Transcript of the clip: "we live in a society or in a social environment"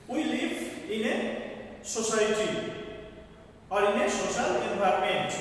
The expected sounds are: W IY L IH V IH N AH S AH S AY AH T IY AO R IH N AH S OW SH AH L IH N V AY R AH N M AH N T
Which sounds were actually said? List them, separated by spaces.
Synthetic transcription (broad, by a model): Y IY L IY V IH N AH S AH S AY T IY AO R IH N AH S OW S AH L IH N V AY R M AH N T